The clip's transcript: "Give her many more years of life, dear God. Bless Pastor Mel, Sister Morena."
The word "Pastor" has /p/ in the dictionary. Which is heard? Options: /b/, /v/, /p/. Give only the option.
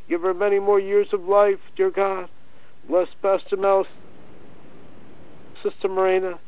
/b/